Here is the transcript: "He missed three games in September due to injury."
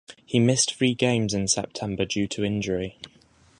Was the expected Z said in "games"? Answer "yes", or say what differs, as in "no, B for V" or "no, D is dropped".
yes